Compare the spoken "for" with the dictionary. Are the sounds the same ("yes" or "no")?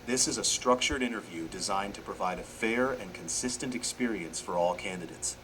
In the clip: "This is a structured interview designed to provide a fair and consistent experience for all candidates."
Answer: yes